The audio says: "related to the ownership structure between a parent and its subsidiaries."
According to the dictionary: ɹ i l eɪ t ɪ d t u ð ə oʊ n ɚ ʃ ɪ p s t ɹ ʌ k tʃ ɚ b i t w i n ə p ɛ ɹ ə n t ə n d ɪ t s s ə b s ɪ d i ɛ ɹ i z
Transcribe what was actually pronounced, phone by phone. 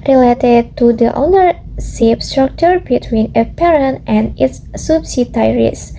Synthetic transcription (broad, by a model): ɹ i l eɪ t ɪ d t u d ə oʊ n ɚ s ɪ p s t ɹ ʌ k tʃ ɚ b i t w i n ə p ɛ ɹ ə n t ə n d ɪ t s s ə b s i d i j ɹ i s